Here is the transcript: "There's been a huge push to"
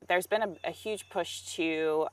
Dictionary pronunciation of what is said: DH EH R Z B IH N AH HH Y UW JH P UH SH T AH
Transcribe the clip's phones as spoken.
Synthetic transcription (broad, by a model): DH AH R Z B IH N AH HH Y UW ZH P UH SH T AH